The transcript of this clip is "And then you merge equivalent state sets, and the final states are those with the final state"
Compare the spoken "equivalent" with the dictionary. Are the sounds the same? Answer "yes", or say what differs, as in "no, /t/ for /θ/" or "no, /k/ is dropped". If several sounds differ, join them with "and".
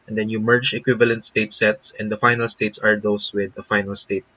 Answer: yes